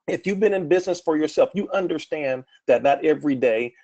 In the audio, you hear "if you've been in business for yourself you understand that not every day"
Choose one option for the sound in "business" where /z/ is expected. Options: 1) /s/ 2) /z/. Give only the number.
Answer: 2